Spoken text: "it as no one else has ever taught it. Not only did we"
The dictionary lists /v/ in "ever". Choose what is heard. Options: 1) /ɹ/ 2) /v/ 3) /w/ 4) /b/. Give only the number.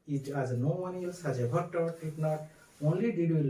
4